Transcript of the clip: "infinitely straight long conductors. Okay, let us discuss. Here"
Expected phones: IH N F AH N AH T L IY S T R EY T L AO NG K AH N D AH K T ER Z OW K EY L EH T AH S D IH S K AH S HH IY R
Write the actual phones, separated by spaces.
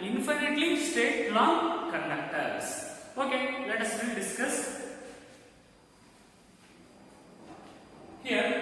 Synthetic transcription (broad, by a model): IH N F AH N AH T L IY S T EY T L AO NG K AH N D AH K T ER S OW K EY L EH T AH S D IH S K AH S HH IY R